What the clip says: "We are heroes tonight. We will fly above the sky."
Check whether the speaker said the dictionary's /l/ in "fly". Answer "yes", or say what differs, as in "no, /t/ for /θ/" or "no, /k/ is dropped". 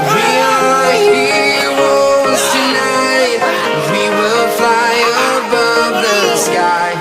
yes